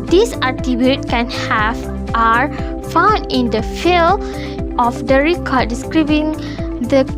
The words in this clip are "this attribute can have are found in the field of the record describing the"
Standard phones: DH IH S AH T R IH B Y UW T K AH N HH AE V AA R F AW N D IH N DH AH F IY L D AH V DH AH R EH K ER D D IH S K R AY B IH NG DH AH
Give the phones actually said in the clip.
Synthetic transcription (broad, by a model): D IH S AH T IH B Y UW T K AH N HH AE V AA R F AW N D IH N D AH F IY L AH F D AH R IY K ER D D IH S K R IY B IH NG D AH